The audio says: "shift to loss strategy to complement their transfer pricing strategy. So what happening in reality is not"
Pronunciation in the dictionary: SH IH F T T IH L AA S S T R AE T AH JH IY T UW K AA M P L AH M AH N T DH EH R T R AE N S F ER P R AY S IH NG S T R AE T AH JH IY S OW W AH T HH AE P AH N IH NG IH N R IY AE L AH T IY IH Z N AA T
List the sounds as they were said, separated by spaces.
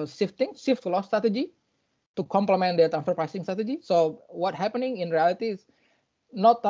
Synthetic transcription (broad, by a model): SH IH F T S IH L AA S S T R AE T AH JH IY T UW K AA M P L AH M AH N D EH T AE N F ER P R AY S IH NG S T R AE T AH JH IY S OW W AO T HH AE P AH N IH NG IH N R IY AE L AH T IY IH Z N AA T